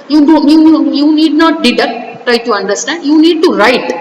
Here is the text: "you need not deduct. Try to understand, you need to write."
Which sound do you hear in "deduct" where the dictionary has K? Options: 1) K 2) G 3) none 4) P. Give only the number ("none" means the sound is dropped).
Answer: 3